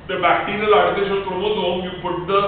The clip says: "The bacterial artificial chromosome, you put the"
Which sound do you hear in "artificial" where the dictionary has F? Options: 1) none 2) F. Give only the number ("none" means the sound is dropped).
1